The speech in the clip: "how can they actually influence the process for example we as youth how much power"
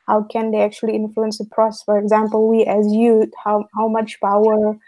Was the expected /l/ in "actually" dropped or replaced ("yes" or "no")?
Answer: no